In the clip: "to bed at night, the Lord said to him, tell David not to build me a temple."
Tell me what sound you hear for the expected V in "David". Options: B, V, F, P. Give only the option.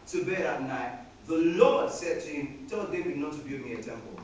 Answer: B